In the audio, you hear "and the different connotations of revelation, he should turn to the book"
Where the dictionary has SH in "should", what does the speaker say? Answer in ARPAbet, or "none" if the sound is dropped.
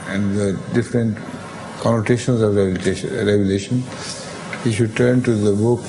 SH